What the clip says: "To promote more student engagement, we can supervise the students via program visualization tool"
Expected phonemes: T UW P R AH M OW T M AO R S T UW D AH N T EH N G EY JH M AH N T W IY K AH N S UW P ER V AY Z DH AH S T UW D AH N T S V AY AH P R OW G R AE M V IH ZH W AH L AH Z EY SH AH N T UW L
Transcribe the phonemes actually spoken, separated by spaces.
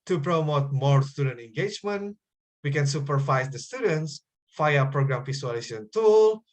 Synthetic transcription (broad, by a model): T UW P R AH M OW T M AO R S T UW D AH N T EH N G EY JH M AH N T W IY K AH N S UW P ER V AY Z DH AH S T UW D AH N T S F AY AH P R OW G R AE M P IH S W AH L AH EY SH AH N T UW L